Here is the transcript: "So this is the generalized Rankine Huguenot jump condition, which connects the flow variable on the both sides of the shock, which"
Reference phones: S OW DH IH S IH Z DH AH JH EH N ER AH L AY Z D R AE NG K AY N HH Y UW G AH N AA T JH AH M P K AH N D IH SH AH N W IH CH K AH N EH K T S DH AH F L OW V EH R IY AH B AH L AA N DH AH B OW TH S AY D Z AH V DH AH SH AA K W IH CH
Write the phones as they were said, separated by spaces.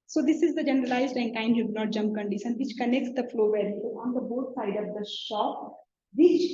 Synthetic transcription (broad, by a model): S OW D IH S IH Z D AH JH EH N ER AH L AY Z D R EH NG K AY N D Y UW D N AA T JH AH M P K AH N D IH SH AH N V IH CH K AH N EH K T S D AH F L OW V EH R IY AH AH AA N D AH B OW T S AY D AH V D AH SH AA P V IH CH